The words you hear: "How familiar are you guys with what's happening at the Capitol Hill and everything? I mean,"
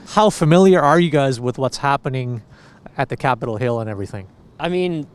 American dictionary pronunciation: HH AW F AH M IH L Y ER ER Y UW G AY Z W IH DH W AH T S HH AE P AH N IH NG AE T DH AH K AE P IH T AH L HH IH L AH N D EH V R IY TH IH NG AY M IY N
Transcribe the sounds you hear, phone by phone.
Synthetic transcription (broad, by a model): HH AW F AH M IH L Y ER ER Y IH G AY Z W IH DH W AH T S HH AE P AH N IH NG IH T DH AH K AE P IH T L HH IH L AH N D EH V R IY TH IH NG AY M IY N